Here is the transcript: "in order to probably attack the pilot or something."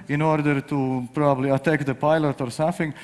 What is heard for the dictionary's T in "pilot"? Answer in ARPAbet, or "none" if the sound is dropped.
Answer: T